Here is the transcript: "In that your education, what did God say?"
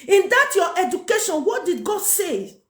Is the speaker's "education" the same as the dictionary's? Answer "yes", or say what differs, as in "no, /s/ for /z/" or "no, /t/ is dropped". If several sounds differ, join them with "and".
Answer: yes